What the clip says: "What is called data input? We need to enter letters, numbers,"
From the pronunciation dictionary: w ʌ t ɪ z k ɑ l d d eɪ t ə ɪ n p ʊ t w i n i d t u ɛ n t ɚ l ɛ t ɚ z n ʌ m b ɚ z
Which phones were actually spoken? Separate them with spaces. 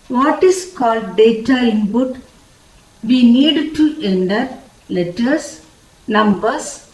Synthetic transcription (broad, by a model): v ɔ t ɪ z k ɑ l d d eɪ t ə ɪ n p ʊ t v i n i d t u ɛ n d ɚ l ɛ t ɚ s n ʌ m b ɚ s